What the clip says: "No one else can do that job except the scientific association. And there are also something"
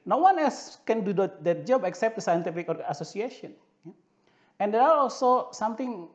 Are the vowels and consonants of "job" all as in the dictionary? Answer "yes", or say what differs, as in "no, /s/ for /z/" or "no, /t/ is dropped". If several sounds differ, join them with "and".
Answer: yes